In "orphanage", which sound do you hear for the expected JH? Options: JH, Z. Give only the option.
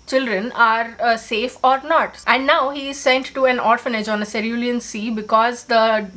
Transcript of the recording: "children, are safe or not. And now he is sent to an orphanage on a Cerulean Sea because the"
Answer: JH